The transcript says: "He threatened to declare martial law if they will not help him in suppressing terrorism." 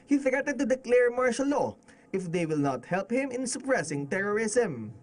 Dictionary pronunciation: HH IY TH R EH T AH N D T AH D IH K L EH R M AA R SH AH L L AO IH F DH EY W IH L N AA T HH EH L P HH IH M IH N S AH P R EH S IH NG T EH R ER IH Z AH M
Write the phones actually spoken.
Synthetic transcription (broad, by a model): HH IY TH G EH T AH D T AH D IH K L EH R M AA R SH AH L L AO IH F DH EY W IH L N AA T HH EH L P HH IH M IH N S AH P R EH S IH NG T EH R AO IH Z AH M